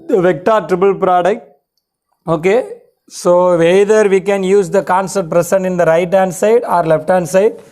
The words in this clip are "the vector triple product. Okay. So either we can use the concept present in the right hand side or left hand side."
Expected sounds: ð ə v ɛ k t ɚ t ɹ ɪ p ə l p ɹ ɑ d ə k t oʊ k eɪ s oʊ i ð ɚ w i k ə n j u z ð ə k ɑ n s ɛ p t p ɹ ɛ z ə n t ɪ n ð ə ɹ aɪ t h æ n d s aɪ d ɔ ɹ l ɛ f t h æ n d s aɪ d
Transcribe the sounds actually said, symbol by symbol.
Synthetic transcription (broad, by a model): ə v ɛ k t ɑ t ɹ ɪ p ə l p ɹ ɑ d ə k t oʊ k eɪ s oʊ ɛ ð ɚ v i k ə n j u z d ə k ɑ n s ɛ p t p ɹ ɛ s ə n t ɪ n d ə ɹ aɪ t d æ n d s aɪ d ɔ ɹ l ɛ f t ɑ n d s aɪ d